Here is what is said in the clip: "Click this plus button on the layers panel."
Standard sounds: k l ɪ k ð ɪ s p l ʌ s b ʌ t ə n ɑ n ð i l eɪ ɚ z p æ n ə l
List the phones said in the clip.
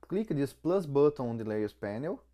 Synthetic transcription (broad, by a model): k l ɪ k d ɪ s p l ʌ s b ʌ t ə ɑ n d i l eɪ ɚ s p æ n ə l